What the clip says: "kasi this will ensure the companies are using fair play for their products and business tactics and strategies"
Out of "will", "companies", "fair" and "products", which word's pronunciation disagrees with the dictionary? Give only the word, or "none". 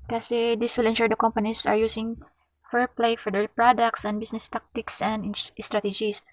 companies